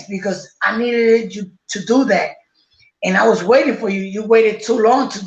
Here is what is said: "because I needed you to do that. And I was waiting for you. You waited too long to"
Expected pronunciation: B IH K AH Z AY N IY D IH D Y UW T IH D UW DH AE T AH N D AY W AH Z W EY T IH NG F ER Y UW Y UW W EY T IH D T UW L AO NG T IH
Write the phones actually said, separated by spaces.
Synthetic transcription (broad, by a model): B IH K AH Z AY N IY D IH D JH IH T IH D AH DH AE T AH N AY W AH Z W EY T IH NG F ER Y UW Y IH W EY T IH D T UW L AO NG T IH